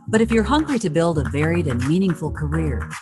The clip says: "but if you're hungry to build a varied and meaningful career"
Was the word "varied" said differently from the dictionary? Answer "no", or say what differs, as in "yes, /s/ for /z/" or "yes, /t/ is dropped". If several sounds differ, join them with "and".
no